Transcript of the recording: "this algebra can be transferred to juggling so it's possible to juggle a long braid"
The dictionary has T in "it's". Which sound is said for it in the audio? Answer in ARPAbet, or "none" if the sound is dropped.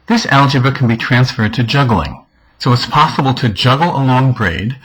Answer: T